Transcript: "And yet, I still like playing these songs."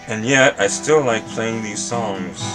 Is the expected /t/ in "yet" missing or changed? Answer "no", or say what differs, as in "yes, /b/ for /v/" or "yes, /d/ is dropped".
no